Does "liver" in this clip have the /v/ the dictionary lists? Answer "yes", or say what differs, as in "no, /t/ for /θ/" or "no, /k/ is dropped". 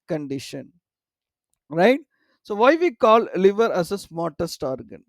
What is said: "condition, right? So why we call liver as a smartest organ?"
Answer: yes